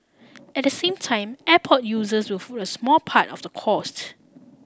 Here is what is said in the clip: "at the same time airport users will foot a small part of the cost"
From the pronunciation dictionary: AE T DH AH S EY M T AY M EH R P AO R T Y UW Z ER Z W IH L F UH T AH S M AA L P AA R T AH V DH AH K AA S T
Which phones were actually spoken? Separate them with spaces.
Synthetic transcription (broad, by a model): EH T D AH S EY M T AY M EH P AO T Y UW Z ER S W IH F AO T AH S M AA L P AA T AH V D AH K AA S T